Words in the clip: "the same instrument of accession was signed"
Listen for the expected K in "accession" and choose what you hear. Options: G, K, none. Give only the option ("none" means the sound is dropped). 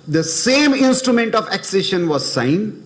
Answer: K